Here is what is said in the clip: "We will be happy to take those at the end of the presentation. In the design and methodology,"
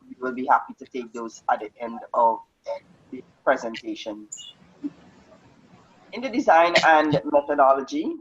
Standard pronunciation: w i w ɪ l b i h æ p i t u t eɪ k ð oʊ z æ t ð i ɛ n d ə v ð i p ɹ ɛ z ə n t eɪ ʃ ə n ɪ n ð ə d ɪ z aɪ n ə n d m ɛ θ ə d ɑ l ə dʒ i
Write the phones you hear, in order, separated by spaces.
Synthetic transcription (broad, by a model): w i w ɪ l b i h æ p i t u t eɪ k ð oʊ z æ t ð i ɛ n d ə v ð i p ɹ ɛ z ə n t eɪ ʃ ə n ɪ n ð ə d ɪ z aɪ n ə n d m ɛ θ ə d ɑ l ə dʒ i